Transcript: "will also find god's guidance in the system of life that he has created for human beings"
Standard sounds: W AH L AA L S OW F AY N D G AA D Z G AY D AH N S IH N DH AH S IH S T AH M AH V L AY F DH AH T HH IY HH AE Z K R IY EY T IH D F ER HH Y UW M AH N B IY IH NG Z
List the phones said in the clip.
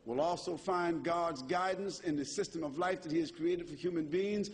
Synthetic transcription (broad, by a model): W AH L AA L S OW F AY N G AA D Z G AY D N S IH N DH AH S IH S T AH M AH V L AY F DH AH T HH IY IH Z K R IY EY T IH D F ER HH Y UW M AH N B IY IH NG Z